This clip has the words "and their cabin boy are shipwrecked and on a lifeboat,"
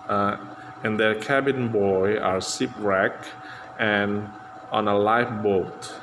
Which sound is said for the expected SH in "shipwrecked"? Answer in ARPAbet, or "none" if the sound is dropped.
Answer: S